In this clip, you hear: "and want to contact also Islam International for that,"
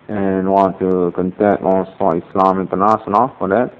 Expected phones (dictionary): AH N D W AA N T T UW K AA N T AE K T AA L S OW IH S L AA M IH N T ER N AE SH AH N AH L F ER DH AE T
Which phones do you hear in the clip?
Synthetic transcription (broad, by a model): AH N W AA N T T UW K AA N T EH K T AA S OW IH S L AA M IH N T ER N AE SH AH N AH L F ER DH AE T